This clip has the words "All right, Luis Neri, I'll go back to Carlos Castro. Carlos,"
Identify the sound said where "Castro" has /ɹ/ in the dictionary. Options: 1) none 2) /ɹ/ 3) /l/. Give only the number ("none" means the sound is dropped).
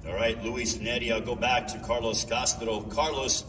3